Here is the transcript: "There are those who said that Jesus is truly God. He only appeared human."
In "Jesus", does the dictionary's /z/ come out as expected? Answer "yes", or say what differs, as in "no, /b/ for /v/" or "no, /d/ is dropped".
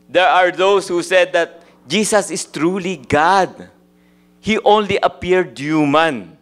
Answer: no, /s/ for /z/